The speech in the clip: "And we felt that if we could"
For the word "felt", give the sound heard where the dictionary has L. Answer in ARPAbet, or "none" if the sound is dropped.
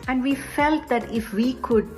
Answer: L